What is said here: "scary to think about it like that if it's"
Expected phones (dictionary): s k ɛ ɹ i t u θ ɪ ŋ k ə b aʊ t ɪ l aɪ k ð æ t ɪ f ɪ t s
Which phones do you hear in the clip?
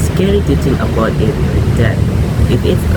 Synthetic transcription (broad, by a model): s k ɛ ɹ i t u t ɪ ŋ ə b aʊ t ɪ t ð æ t ɪ f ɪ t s